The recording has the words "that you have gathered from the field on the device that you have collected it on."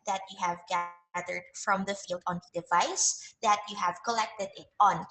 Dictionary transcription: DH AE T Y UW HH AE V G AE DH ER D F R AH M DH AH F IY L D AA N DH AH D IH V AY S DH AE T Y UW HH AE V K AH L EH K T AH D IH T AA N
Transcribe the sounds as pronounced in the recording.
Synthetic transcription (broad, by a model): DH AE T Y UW HH AE V G AE DH ER D F R AH M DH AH F IY L D AA N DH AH D IH V AY S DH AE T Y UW HH AE V K AH L EH K T AH D IH T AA N